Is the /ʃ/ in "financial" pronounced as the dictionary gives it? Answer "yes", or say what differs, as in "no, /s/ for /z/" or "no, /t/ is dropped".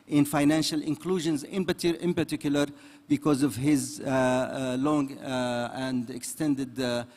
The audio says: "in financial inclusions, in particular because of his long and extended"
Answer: yes